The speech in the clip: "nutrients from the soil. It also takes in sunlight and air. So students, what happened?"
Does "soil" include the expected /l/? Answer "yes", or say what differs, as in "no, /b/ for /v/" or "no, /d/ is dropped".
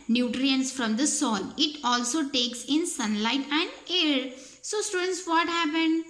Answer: no, /n/ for /l/